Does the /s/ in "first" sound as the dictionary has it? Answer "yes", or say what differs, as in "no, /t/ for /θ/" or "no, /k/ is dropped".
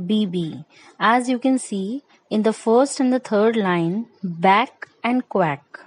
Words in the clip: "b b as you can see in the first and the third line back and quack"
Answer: yes